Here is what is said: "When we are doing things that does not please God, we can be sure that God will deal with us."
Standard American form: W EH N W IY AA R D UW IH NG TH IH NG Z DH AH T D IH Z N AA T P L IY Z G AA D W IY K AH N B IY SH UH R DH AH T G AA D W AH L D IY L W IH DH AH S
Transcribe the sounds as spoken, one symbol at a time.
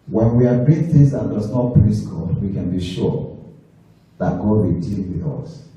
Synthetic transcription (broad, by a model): W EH N W IY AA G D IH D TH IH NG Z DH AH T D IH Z N AA T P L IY S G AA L W IY K AH N B IY SH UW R DH AH T G AA D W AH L D IY L W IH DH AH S